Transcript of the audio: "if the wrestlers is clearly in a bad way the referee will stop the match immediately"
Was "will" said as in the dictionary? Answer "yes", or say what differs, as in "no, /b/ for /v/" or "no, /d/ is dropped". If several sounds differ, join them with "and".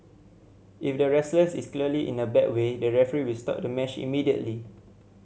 yes